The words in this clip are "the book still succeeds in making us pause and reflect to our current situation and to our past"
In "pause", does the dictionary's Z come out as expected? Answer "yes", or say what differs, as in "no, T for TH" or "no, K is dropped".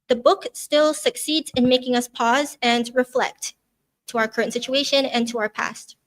yes